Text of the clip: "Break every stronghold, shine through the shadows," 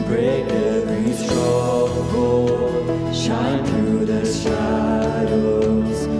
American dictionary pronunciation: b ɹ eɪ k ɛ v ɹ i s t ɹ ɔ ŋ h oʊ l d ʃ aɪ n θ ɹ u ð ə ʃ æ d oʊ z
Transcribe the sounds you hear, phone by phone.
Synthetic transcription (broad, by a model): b ɹ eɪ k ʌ b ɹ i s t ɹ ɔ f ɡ oʊ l ʃ aɪ n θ ɹ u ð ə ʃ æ d oʊ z